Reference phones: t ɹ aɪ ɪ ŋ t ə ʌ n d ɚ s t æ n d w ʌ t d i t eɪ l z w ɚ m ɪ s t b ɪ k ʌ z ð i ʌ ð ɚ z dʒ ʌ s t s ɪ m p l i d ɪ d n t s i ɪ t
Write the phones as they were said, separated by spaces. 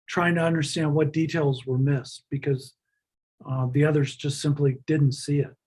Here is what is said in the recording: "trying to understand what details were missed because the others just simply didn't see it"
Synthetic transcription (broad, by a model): t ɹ aɪ ɪ ŋ t ə ʌ n d ɚ s t æ n d w ʌ t d i t eɪ l z w ɚ m ɪ s t b ɪ k ʌ z ð i ʌ ð ɚ z dʒ ʌ s t s ɪ m p l i d ɪ d n t s i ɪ t